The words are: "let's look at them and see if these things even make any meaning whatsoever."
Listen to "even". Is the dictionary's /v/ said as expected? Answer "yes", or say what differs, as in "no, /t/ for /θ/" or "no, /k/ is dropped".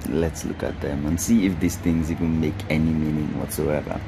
no, /w/ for /v/